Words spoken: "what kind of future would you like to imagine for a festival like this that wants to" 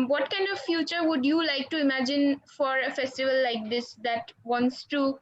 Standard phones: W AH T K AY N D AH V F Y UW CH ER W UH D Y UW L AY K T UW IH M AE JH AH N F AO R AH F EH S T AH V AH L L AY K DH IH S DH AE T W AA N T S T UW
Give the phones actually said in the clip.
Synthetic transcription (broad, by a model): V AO T K AY N D AH V F Y UW CH ER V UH D Y UW L AY K T UW IH M AE JH AH N F AO R AH F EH S T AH V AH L L AY K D IH S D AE T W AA N T S T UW